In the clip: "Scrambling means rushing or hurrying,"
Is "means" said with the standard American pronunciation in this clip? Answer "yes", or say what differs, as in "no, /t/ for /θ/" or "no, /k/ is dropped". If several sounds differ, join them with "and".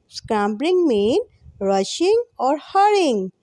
no, /z/ is dropped